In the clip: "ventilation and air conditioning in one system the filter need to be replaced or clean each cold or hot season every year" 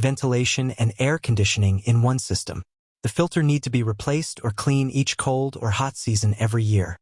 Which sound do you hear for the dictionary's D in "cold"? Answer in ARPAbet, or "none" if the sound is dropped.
D